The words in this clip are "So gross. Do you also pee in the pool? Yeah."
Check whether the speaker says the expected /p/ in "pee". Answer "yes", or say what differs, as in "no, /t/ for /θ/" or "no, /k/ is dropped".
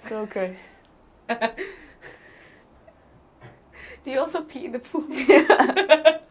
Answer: yes